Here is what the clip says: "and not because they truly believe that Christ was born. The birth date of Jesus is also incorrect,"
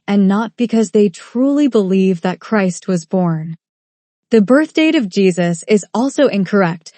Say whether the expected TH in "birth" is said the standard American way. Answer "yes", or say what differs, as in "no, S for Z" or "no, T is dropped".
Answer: yes